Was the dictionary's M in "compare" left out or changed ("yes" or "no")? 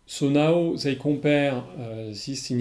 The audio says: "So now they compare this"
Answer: yes